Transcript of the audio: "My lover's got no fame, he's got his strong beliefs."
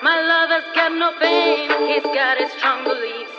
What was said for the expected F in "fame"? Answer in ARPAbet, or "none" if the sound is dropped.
P